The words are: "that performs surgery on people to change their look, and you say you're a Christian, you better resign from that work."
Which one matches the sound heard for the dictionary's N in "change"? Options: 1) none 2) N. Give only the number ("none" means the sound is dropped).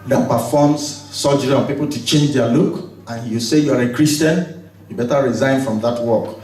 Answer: 2